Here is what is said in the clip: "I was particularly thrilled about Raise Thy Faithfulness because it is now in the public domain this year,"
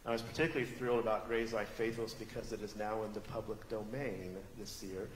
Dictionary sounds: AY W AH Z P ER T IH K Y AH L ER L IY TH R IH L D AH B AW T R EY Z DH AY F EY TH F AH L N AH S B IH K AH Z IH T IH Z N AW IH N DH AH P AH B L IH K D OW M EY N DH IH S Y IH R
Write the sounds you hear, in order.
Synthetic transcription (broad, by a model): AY W AH Z P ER T IH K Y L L IY TH R IH L D AH B AW T R EY Z AY F EY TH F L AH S B IH K AH Z IH T IH Z N AW IH N DH AH P AH B L IH K D OW M EY N DH IH S Y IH R